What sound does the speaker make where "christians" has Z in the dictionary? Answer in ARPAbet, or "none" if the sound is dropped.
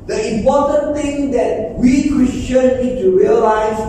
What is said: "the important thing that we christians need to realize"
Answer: none